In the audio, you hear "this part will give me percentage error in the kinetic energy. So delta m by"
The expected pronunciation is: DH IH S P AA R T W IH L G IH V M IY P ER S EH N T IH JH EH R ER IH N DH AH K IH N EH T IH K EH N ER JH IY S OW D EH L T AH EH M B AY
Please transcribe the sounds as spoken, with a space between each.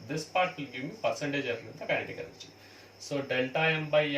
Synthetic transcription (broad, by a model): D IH S P AA R T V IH L G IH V M IY P ER S EH N T IH JH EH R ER IH N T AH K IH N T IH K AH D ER CH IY S OW D EH L T AH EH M B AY